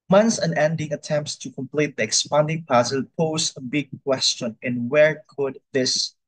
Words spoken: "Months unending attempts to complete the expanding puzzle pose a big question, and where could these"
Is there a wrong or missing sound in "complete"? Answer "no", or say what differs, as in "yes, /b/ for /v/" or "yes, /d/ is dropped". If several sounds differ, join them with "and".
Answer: no